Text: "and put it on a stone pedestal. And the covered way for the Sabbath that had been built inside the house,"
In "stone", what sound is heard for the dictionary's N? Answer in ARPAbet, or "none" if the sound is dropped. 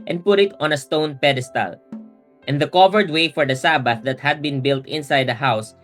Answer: N